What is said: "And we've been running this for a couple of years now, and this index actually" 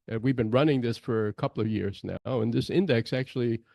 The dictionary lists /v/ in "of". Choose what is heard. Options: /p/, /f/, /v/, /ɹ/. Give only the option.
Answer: /v/